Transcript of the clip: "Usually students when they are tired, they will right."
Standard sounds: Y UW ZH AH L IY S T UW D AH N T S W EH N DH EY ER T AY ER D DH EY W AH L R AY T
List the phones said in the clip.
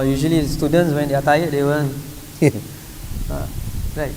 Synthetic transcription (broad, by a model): Y UW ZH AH L IY S T UW D AH N T S W EH N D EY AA T AY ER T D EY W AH N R AY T